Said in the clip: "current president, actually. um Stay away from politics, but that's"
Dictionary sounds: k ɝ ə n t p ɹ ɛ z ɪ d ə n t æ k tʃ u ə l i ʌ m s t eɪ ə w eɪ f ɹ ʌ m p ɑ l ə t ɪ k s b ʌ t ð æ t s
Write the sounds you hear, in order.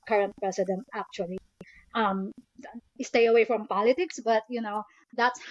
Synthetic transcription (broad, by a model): k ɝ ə n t p ɹ ɛ s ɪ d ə n t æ k tʃ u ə l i ʌ m s t eɪ ə w eɪ f ɹ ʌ m p ɑ l ə t ɪ k s b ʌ t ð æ t s